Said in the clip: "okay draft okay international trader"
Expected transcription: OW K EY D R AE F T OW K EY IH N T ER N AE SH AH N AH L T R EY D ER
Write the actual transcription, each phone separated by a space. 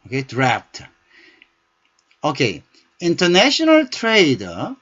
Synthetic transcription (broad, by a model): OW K EY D R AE P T OW K EY IH N T ER N AE SH AH N AH L T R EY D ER